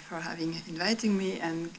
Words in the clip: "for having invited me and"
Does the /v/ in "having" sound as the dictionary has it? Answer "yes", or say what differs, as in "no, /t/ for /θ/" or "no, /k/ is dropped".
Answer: yes